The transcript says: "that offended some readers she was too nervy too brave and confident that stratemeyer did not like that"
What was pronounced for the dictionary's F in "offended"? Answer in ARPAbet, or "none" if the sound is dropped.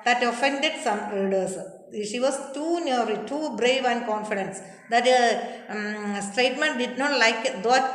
F